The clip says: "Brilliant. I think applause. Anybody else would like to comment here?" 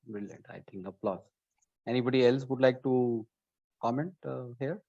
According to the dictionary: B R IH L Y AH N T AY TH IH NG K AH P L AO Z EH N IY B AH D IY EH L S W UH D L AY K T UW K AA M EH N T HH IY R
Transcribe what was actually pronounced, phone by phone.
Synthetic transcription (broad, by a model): B R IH L Y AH N T AY T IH NG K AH P L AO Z EH N IY B AH D IY EH L S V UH D L AY K T UW K AA M EH N T HH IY R